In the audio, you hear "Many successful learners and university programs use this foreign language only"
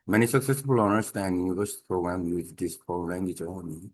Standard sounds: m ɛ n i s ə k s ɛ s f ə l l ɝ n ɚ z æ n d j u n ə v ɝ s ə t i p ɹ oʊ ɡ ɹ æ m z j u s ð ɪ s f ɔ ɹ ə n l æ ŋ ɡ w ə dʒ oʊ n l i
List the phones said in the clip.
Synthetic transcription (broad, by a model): m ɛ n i s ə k s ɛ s ə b l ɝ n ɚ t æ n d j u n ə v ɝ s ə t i p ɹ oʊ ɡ ɹ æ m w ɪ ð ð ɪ s p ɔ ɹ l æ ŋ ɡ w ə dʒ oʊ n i